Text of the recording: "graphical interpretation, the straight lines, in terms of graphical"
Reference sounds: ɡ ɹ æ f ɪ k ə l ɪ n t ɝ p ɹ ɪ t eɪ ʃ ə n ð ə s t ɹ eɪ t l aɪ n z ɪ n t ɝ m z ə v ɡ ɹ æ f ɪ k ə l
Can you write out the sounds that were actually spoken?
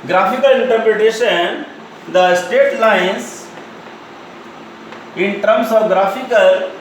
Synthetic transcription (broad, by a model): ɡ ɹ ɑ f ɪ k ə l ɪ n t ɝ p ɹ ɪ t eɪ ʃ ə n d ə s t eɪ t l aɪ n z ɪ n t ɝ m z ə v ɡ ɹ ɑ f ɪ k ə l